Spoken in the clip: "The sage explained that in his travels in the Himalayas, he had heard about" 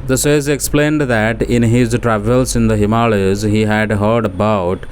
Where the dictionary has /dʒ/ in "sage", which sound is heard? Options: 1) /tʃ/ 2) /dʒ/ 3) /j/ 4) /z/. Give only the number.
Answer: 4